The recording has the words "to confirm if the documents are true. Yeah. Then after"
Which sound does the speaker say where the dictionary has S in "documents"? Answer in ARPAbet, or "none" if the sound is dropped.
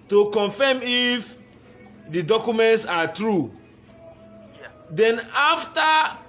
S